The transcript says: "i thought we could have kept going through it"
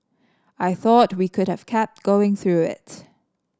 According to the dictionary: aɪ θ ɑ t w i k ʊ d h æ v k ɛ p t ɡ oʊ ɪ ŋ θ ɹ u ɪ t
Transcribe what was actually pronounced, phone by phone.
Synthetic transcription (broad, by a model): aɪ θ ɑ t w i k ʊ d h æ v k ɛ p t ɡ oʊ ɪ ŋ θ ɹ u ɪ t